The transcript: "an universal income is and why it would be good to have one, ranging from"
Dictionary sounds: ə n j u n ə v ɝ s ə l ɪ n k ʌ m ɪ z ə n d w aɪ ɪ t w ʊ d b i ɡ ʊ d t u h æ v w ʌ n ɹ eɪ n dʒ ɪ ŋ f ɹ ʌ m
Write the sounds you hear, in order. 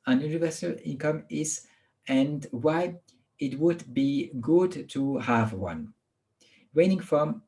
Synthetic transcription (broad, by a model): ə n j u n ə v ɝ s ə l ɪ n k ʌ m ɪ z ə n d w aɪ ɪ t w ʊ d b i ɡ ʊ d t u h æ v w ʌ n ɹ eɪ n ɪ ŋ f ɹ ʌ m